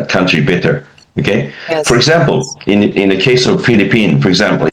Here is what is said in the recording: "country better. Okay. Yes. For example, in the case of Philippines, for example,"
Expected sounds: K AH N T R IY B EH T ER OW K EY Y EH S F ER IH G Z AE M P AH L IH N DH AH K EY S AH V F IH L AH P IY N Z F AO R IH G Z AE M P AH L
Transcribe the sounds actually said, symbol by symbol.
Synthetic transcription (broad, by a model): K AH N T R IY B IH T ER OW K EY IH F ER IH G Z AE M P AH N IH N DH AH K EY S AH V F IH L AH P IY N F AO R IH G Z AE M P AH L